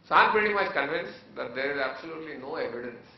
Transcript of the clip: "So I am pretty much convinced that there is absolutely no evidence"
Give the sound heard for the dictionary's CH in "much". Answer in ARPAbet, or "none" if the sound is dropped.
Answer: S